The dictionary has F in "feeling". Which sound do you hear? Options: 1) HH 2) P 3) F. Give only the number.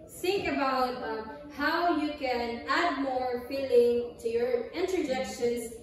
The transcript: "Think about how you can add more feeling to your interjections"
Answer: 3